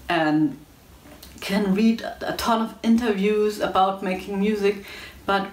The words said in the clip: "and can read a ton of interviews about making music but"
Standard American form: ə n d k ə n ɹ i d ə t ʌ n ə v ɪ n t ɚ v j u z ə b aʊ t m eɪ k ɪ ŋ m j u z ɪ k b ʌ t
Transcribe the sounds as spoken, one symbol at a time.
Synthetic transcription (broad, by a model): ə n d k ə n ɹ i d ə t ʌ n ə v ɪ n t ɚ v j u z ə b aʊ t m eɪ k ɪ ŋ m j u z ɪ k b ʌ t